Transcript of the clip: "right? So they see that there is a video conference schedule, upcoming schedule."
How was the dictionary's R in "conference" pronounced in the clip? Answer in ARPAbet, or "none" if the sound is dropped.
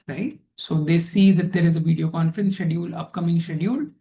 R